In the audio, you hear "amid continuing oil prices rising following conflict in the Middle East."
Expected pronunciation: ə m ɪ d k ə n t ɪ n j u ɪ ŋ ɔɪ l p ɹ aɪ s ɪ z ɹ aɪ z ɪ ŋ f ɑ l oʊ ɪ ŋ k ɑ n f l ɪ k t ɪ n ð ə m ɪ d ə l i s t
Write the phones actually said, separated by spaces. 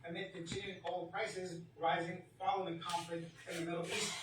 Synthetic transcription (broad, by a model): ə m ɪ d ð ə t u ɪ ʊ l p ɹ aɪ s ɪ z ɹ aɪ z ɪ ŋ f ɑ l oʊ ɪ k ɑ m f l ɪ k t ɪ n ð ə m ɪ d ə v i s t